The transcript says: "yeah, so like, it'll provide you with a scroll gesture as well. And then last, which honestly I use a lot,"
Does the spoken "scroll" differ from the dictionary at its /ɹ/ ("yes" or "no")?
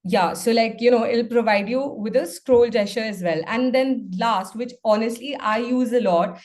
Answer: no